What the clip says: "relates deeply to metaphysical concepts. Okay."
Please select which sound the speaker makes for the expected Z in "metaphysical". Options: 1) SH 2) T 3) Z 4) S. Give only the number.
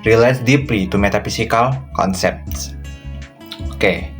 4